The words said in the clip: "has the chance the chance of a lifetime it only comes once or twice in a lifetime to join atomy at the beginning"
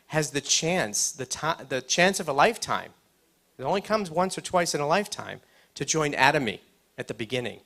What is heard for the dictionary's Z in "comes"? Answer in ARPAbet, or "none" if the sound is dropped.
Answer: Z